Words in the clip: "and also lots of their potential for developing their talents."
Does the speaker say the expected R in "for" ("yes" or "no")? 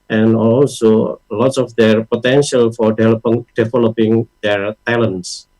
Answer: no